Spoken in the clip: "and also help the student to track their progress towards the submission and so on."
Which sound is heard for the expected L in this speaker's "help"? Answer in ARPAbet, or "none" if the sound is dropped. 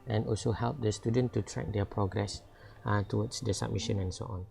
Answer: L